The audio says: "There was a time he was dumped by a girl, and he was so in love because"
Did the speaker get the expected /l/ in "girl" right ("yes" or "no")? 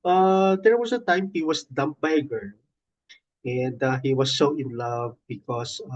no